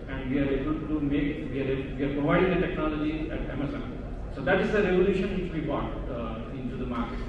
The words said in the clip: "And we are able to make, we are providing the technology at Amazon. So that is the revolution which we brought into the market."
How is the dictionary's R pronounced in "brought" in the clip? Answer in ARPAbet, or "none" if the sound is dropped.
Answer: none